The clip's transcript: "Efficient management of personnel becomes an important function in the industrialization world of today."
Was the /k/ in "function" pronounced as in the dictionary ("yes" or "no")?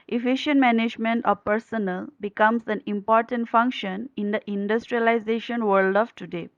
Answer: yes